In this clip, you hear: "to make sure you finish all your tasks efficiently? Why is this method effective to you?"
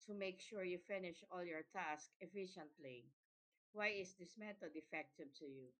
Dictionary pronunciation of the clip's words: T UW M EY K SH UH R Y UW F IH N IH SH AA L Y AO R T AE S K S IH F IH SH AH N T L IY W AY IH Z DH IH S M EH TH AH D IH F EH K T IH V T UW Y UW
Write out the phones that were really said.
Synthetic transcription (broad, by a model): T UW M EY K SH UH R Y UW F IH N IH SH AA L Y AO R T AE S K IH F IH SH AH N T L IY W AY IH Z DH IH S M EH T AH D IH F EH K T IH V T UW Y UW